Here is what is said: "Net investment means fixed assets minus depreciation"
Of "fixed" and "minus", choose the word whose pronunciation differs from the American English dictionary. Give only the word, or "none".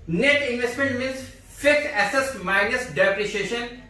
fixed